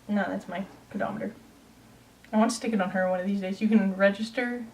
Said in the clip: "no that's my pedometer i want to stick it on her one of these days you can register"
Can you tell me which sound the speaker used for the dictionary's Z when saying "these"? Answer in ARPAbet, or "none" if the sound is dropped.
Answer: Z